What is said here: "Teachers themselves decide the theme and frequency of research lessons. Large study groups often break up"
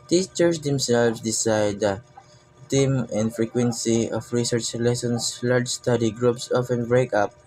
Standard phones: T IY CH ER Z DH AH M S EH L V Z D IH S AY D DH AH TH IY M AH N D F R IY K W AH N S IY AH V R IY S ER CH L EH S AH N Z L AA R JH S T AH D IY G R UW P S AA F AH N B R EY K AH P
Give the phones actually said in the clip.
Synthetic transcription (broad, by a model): T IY CH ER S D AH M S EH L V S D IH S AY D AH T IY M AH N D F R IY K W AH N S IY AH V R IY S ER CH L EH S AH N S L AA R JH S T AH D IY G R UW P S AA F AH N B R EY K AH P